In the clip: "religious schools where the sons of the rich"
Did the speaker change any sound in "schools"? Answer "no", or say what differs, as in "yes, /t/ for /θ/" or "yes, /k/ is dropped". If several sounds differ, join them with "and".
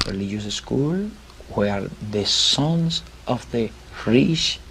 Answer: yes, /z/ is dropped